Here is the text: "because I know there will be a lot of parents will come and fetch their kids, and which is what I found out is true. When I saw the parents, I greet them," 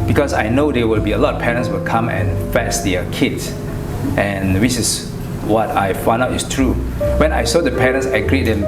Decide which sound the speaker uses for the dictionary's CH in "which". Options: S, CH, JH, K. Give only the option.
S